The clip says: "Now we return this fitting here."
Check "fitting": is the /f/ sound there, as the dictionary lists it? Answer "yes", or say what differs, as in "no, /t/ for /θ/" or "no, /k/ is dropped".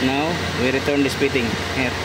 no, /p/ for /f/